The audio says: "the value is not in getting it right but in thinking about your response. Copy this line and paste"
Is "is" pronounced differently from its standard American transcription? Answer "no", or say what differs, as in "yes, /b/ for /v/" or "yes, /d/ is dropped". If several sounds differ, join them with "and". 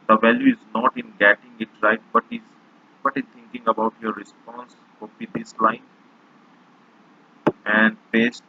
no